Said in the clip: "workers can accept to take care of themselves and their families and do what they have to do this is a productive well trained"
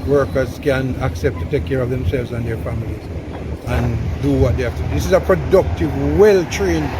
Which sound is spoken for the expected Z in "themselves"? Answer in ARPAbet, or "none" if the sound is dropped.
Z